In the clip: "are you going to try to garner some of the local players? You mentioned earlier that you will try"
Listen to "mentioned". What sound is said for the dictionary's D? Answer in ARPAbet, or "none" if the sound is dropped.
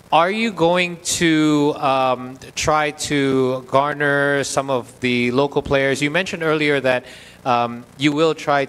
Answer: D